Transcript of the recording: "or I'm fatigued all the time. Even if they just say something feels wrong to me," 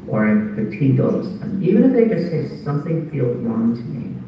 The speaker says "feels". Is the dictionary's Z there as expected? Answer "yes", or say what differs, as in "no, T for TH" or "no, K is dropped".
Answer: no, Z is dropped